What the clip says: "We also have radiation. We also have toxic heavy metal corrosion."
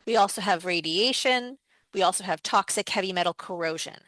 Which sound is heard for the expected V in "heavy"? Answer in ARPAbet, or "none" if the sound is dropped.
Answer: V